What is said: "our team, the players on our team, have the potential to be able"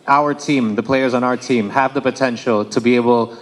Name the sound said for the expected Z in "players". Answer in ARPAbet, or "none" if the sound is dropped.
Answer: Z